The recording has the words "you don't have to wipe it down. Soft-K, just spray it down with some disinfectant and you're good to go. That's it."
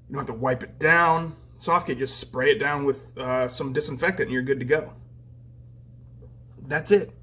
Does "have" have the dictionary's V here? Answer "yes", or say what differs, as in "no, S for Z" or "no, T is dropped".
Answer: no, F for V